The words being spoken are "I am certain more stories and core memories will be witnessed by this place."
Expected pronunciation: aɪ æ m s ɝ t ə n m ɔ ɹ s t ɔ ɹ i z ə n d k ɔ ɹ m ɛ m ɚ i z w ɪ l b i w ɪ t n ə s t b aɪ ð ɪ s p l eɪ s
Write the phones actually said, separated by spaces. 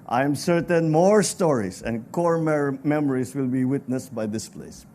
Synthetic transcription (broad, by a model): aɪ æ m s ɝ t ə n m ɔ ɹ s t ɔ ɹ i s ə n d k ɔ ɹ m ɛ m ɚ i s w ɪ l b i w ɪ t n ə s t b aɪ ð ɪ s p l eɪ s